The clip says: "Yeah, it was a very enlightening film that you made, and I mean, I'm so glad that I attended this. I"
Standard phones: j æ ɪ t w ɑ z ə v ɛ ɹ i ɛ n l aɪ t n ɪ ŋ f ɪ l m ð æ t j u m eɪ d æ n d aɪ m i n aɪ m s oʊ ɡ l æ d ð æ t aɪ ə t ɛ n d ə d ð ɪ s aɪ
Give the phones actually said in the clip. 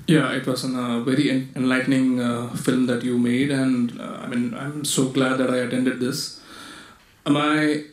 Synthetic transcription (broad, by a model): j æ ɪ t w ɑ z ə v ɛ ɹ i ɛ n l aɪ t n ɪ ŋ f ɪ l m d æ t j u m eɪ d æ n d aɪ m i n aɪ m s oʊ ɡ l æ d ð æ t aɪ ə t ɛ n d ə d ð ɪ s aɪ